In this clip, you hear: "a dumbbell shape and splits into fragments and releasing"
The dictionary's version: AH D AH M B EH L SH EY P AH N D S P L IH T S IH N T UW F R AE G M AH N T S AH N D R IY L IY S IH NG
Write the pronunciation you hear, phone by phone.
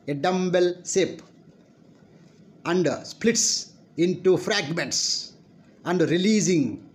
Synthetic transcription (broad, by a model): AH D AH M B EH L S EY P AH N D S P L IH T S IH N T UW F R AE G M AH N T S AH N D R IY L IY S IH NG